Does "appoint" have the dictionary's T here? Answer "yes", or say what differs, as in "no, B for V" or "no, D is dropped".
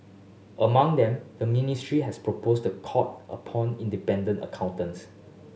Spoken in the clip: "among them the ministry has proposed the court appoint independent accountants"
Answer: no, T is dropped